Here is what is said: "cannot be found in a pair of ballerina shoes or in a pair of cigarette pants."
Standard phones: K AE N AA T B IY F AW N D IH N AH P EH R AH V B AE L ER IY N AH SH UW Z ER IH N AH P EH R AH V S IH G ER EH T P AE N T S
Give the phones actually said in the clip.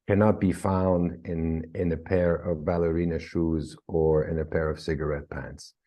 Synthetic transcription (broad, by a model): K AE N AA T B IY F AW N D IH N AH P EH R AH V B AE L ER IY N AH SH UW Z ER IH N AH P EH R AH V S IH G ER EH T P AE N T S